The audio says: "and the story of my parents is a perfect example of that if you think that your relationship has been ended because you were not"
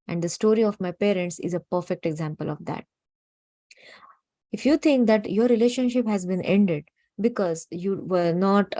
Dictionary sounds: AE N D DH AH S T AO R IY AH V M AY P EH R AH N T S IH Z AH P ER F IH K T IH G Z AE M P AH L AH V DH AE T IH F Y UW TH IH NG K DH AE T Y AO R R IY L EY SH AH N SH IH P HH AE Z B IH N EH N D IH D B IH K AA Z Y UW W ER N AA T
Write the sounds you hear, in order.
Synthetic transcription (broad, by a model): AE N D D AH S T AO R IY AH V M AY P EH R AH N T S IH Z AH P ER F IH K T IH G Z AE M P AH L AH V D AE T IH F Y UW T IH NG K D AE T Y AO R R IY L EY SH AH N SH IH P HH AE Z B IH N EH N D IH D B IH K AA Z Y UW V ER N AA T